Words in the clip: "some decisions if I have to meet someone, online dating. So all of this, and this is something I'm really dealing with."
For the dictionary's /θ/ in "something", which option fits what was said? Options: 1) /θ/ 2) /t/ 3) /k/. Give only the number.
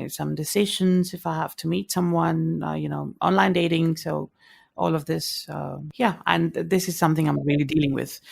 1